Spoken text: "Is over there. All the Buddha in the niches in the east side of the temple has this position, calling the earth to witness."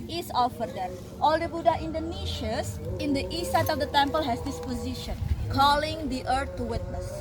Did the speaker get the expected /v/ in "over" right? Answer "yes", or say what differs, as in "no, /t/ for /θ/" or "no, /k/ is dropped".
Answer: no, /f/ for /v/